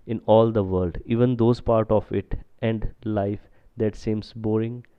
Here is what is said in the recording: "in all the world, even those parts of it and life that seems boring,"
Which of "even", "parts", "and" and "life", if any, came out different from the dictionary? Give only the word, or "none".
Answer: parts